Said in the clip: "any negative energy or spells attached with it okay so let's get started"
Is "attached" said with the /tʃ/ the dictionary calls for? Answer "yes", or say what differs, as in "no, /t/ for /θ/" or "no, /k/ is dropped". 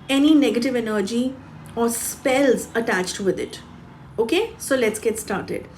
yes